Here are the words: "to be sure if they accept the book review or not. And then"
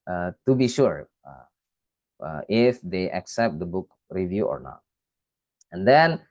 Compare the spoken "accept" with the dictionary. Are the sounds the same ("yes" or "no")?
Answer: yes